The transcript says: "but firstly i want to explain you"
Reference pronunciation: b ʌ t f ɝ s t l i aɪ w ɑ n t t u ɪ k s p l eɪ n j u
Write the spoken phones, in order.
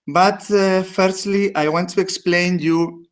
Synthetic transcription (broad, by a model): b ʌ t f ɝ s t l i aɪ w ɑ n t t u ɪ k s p l eɪ n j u